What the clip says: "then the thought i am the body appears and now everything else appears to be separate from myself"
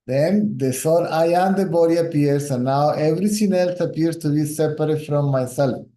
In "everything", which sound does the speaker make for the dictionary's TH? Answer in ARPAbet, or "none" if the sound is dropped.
S